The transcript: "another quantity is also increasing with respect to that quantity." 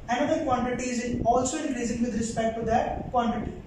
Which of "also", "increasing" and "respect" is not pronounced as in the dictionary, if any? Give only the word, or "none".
increasing